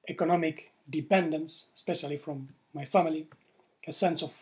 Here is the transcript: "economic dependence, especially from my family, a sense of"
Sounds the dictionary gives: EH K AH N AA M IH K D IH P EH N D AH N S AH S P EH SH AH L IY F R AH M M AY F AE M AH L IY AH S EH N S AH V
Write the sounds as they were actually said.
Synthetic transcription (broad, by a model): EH K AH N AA M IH K D IH P EH N D AH N S S P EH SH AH L IY F R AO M M AY F AE M AH L IY AH S EH N S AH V